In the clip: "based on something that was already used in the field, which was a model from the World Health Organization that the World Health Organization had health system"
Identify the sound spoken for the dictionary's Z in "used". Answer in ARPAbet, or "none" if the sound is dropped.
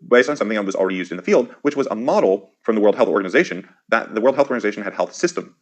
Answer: Z